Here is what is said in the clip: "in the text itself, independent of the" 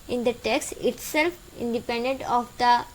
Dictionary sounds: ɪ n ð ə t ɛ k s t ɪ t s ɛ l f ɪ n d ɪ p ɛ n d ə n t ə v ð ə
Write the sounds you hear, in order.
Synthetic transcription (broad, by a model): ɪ n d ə t ɛ k s t ɪ t s ɛ l f ɪ n d ɪ p ɛ n d ə n t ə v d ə